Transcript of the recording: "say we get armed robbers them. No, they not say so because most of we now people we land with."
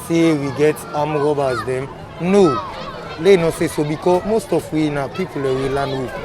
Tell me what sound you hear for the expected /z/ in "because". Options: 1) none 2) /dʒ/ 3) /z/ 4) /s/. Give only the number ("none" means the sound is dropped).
1